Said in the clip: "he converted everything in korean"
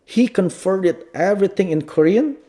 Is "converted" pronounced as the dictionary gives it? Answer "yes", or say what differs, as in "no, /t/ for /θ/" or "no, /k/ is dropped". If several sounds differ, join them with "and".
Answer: no, /f/ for /v/